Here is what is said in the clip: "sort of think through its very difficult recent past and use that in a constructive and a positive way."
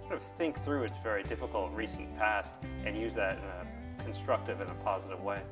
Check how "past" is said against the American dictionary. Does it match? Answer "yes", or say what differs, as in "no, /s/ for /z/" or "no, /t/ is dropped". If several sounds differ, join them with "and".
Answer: yes